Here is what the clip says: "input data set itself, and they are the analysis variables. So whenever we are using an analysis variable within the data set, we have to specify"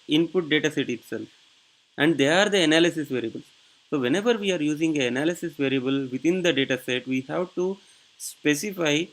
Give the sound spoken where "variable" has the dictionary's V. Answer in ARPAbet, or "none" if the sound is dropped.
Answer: V